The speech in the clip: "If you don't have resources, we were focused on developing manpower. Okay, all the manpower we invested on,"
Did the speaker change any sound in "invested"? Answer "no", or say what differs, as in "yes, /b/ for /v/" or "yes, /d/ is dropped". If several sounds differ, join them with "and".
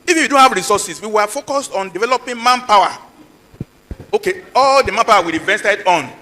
yes, /n/ is dropped